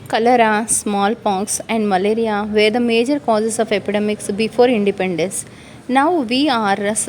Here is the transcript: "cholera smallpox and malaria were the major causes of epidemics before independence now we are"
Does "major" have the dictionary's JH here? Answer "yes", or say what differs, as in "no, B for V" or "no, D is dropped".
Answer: yes